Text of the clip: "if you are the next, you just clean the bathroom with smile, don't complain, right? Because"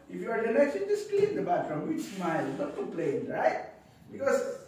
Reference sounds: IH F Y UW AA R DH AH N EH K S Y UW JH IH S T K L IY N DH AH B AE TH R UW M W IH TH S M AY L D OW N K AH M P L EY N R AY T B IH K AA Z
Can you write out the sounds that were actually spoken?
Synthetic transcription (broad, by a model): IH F Y UW AA R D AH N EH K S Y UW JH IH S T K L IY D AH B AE F R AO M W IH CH S M AY L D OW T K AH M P L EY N R AY T B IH K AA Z